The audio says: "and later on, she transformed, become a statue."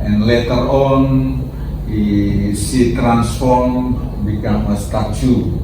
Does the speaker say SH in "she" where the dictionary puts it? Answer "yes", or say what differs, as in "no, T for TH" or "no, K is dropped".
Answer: no, S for SH